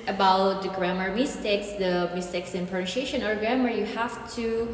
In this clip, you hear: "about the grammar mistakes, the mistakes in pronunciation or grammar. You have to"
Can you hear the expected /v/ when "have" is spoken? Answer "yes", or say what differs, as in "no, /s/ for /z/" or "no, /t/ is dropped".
no, /f/ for /v/